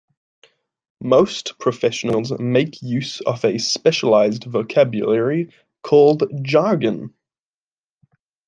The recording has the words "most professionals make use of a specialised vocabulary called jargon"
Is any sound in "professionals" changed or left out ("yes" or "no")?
no